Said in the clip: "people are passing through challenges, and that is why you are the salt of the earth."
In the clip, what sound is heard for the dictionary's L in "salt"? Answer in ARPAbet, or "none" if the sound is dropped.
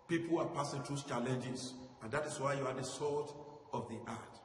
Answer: none